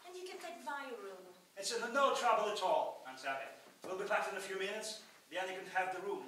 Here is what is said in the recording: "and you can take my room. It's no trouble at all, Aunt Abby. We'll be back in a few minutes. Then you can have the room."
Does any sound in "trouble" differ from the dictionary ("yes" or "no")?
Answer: no